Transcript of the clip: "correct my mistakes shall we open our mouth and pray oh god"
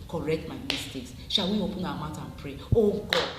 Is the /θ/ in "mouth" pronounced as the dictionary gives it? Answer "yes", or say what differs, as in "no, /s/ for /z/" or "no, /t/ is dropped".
no, /t/ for /θ/